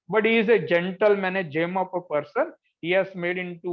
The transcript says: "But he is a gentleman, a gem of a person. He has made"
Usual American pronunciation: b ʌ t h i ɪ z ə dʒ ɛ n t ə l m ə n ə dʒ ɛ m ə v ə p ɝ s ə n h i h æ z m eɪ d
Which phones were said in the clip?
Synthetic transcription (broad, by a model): b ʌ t h i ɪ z ə dʒ ɛ n t ə l m ə n ə dʒ ɛ m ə p ə p ɝ s ə n h i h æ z m eɪ d